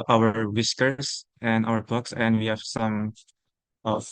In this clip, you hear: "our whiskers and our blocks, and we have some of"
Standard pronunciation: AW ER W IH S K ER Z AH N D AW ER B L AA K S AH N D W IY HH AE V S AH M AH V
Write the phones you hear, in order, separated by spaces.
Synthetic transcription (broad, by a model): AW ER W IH S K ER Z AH N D AW ER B AA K S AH N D W IY HH AE V S AH M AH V